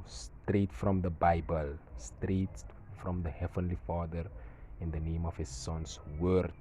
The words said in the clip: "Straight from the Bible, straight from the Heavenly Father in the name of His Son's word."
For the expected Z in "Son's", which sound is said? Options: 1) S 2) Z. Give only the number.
1